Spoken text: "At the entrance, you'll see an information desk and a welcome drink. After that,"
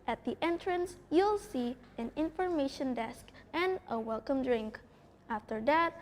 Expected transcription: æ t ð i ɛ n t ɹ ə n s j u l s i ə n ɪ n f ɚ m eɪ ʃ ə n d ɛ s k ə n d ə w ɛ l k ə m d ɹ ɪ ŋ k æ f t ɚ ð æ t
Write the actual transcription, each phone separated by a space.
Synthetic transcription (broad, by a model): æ t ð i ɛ n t ɹ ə n s j u l s i ə n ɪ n f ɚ m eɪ ʃ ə n d ɛ s k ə n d ə w ɛ l k ə m d ɹ ɪ ŋ k æ f t ɚ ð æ t